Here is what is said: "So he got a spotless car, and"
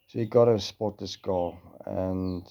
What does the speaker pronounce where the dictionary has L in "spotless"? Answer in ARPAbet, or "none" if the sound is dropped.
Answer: none